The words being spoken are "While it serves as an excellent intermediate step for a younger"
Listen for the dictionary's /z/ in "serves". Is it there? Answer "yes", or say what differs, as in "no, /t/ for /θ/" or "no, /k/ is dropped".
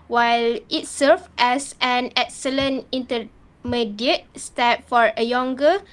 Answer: no, /z/ is dropped